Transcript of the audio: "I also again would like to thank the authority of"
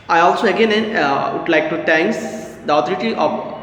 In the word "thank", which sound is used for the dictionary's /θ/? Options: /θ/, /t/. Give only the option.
/t/